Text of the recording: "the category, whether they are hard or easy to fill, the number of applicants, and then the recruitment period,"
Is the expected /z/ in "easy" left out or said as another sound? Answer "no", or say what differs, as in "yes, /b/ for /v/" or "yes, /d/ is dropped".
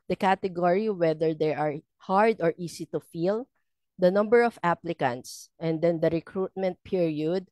yes, /s/ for /z/